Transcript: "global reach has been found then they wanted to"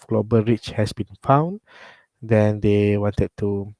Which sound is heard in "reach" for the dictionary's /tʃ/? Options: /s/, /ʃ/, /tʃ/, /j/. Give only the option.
/tʃ/